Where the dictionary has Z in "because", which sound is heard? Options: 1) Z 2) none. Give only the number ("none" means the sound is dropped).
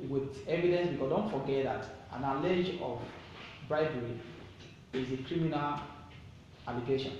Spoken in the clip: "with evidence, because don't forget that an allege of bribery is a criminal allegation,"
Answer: 2